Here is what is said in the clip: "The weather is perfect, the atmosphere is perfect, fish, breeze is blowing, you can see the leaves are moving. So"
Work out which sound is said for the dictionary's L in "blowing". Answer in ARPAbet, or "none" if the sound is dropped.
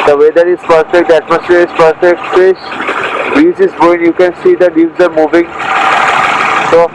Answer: none